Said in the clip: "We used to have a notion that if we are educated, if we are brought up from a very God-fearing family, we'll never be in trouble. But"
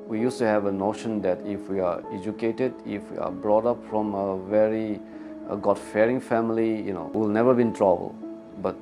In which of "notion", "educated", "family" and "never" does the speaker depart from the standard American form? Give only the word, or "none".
family